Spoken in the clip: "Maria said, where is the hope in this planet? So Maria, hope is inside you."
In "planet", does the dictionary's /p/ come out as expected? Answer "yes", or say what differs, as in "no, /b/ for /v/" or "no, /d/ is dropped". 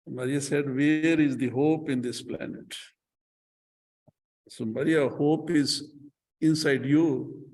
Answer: yes